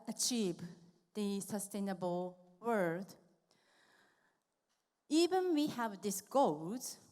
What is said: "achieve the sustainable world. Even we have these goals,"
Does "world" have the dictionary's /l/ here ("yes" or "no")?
no